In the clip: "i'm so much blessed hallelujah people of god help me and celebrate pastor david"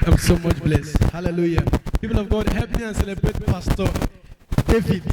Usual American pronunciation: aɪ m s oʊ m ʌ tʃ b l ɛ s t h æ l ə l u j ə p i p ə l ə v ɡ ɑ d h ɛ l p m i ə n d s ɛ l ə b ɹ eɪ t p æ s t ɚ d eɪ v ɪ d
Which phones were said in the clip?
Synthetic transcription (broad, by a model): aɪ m s oʊ m ʌ tʃ b l ɛ s t h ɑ l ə l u j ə p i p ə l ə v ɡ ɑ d h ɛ p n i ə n s ɛ l ə b ɹ eɪ t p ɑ s t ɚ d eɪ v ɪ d